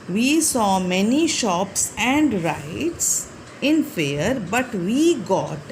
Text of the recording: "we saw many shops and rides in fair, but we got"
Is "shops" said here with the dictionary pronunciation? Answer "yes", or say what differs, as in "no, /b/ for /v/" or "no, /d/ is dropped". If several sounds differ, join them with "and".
yes